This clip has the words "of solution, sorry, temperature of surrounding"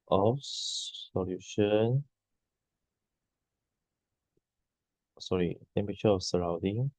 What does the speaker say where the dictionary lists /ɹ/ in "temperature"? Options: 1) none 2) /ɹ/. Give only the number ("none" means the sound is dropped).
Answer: 1